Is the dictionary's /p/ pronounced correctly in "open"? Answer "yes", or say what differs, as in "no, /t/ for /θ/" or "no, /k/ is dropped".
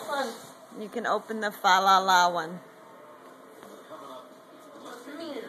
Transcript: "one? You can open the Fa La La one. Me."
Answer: yes